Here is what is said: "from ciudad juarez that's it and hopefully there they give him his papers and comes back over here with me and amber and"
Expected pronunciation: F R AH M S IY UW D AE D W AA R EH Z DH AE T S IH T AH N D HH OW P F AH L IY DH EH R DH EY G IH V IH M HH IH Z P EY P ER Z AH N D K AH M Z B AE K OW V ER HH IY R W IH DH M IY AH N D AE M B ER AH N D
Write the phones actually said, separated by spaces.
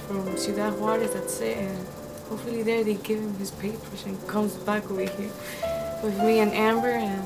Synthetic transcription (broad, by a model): F R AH M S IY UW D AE W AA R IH DH AE T S IH T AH N HH OW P F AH L IY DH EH R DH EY G IH V IH M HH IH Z P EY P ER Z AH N K AH M Z B AE K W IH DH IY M W IH DH M IY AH N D AE M B ER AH N